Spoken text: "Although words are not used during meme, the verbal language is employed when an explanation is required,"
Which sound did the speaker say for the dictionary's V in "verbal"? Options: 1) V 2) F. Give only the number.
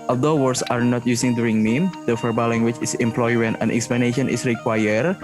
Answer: 2